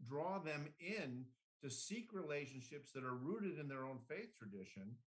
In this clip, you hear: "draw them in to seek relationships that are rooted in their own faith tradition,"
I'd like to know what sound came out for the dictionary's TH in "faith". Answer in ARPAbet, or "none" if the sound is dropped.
TH